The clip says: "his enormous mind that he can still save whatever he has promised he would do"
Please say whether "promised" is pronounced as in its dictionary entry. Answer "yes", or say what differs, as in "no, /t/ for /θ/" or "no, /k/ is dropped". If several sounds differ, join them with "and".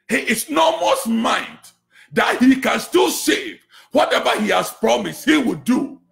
yes